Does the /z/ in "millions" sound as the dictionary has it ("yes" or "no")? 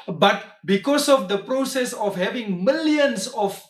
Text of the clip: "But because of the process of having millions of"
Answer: no